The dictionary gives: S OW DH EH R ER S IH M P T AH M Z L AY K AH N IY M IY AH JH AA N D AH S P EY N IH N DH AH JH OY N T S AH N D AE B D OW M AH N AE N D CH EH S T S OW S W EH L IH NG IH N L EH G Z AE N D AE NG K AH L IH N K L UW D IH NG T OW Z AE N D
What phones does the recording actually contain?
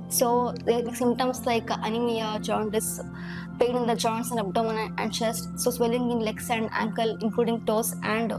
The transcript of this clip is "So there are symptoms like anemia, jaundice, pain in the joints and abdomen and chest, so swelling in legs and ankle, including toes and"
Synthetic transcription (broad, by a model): S OW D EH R S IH M T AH M S L AY K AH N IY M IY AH JH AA N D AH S P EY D IH N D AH JH OY N T S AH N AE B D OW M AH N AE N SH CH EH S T S OW S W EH L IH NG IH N L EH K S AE N D AE NG K AH L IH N K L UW D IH NG T OW S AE N D